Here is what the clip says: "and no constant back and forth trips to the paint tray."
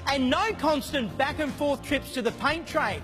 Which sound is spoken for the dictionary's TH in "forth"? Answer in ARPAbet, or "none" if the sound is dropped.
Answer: TH